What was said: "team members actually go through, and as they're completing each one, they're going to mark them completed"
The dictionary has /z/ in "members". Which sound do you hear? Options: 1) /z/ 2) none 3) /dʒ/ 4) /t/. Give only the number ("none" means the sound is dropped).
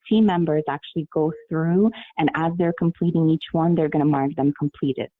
1